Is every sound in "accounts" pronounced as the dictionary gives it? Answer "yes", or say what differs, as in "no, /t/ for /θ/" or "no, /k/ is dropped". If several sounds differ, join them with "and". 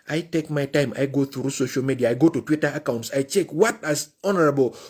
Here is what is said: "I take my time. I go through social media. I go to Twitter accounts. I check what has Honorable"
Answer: yes